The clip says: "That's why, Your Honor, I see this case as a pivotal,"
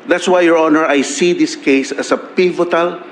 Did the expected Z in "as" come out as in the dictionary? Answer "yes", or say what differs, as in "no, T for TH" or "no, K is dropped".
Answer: no, S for Z